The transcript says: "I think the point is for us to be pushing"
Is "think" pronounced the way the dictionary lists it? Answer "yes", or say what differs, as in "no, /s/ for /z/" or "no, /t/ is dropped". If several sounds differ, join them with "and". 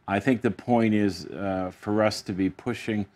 yes